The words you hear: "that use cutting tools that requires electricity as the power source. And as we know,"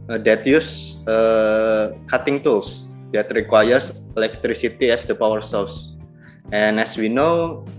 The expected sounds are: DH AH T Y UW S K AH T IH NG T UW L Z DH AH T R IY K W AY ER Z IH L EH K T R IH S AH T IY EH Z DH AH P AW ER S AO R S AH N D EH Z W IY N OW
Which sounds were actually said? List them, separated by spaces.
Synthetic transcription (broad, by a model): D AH T Y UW S K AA T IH NG T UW L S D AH T R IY K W AY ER S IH L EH K T R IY S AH T IY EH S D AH P AW ER S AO L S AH N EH S W IY N OW